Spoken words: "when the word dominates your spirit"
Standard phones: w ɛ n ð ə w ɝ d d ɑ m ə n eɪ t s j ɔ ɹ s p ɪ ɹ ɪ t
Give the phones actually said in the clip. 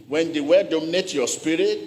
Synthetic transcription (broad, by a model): w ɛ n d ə w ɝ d d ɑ m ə n eɪ t j ɔ s p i ɹ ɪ t